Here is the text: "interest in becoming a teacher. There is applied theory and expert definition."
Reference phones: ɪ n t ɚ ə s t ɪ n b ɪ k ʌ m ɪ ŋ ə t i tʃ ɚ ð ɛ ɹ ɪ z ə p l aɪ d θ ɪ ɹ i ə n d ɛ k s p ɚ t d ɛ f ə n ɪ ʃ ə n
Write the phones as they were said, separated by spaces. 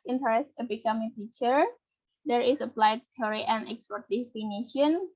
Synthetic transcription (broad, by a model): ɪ n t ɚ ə s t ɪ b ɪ k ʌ m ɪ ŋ t i tʃ ɚ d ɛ ɹ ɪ s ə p l aɪ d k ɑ ɹ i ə n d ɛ k s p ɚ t d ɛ f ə n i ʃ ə n